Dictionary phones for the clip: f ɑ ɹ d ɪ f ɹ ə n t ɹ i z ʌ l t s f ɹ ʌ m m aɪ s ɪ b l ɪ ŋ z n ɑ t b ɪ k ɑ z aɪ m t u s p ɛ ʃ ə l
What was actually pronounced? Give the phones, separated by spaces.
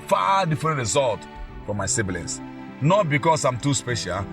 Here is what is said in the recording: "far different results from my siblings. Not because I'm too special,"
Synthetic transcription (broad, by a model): f ɑ d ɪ f ɹ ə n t ɹ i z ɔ l t f ɹ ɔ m m aɪ s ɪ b l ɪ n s n ɑ t b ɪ k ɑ s aɪ m t u s p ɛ ʃ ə l